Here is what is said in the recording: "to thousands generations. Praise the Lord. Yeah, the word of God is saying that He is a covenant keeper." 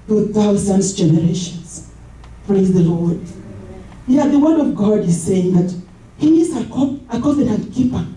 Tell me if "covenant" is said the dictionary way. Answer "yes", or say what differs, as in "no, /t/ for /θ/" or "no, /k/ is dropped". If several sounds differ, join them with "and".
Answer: no, /p/ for /v/